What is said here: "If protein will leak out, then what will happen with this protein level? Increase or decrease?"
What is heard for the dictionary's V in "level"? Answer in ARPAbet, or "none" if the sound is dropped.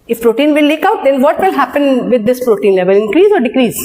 V